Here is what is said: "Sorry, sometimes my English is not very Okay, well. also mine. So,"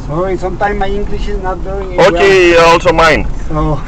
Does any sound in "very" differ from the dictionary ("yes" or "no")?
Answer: yes